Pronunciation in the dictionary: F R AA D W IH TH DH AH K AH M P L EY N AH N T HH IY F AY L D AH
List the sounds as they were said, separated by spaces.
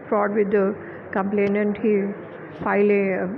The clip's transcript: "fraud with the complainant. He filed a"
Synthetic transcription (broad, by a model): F R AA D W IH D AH K AH M P L EY N AH N T HH IY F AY L AH